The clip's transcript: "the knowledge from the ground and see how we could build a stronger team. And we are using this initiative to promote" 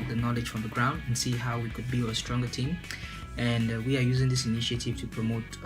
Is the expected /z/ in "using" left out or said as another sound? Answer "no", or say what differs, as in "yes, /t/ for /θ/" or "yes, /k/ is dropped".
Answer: no